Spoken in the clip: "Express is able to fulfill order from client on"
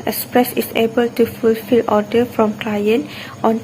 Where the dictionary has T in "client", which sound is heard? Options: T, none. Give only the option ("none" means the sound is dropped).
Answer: T